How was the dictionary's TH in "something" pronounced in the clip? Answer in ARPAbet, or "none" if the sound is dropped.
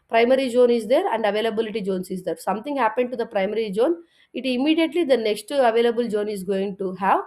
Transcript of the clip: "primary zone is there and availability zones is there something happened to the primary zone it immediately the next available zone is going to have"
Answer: T